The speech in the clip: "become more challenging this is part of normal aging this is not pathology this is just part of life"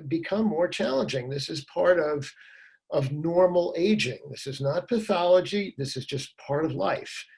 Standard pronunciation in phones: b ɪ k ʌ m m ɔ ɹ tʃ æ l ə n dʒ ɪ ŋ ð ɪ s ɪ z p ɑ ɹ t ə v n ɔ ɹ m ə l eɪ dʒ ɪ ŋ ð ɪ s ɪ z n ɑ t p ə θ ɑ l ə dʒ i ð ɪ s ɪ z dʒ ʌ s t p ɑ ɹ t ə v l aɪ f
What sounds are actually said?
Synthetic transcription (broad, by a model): b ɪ k ʌ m m ɔ ɹ tʃ æ l ə n dʒ ɪ ŋ ð ɪ s ɪ z p ɑ ɹ t ə v n ɔ ɹ m l eɪ dʒ ɪ ŋ ð ɪ s ɪ z n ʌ t p ə θ ɑ l ə dʒ i ð ɪ s ɪ z dʒ ʌ s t p ɑ ɹ t ə v l aɪ f